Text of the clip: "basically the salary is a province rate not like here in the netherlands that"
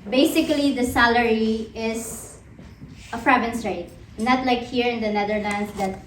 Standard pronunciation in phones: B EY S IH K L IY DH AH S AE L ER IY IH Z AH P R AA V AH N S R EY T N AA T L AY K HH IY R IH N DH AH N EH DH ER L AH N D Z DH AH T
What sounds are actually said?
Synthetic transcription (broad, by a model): B EY S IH K L IY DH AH S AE L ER IY IH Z AH F R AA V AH N S R EY T N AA T L AY K HH IY R IH N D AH N EH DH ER L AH N D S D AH T